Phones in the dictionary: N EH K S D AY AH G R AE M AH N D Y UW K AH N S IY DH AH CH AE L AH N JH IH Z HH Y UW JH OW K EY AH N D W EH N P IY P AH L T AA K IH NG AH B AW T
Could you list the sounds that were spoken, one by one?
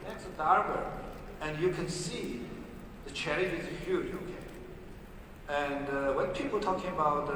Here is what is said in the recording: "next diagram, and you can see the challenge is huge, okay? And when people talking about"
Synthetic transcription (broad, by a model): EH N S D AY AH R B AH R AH N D Y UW K AH N S IY DH AH CH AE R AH JH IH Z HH Y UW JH OW K EY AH N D W EH N P IY P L T AA K IH NG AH B AW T